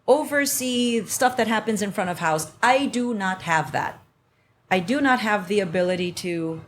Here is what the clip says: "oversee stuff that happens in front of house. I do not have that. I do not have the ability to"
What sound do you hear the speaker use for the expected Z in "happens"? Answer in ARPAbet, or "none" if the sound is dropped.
Z